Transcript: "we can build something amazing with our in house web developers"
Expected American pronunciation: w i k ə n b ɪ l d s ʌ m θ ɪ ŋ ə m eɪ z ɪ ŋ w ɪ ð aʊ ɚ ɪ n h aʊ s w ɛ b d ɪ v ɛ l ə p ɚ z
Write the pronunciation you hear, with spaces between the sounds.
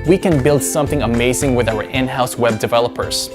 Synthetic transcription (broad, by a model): w i k ə n b ɪ l d s ʌ m θ ɪ ŋ ə m eɪ z ɪ ŋ w ɪ ð aʊ ɚ ɪ n h aʊ s w ɛ b d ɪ v ɛ l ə p ɚ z